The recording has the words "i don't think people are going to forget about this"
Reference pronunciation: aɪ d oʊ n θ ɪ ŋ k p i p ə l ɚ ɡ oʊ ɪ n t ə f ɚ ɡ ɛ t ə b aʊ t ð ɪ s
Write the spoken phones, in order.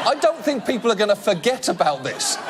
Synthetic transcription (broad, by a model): aɪ d oʊ n θ ɪ ŋ k p i p ə l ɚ ɡ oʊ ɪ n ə f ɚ ɡ ɛ t ə b aʊ t ð ɪ s